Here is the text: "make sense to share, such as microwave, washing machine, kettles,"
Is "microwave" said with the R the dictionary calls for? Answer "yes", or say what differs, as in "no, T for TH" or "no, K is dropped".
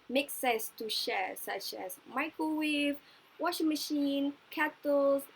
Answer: no, R is dropped